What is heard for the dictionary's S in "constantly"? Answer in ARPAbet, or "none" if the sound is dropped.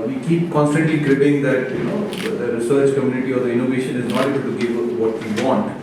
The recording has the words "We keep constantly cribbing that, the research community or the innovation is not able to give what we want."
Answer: S